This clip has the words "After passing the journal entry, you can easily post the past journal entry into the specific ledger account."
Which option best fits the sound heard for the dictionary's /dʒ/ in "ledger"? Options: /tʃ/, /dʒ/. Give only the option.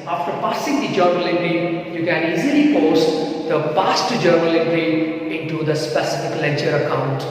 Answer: /tʃ/